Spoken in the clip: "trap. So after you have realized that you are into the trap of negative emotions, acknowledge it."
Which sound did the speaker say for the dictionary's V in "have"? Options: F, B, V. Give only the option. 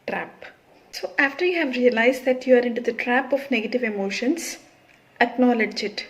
V